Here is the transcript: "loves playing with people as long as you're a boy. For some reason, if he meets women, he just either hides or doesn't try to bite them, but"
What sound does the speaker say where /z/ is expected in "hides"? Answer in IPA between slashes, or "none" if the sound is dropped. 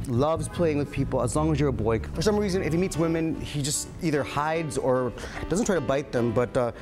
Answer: /z/